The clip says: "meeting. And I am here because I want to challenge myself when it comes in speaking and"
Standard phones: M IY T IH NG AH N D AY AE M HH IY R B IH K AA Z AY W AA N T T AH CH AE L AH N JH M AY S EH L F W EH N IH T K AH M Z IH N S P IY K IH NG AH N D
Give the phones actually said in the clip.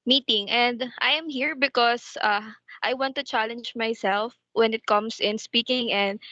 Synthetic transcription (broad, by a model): M IY T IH NG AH N D AY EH M HH IY R B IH K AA S AY W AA N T T AH CH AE L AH N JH M AY S EH L F W EH N IH T K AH M S IH N S P IY K IH NG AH N D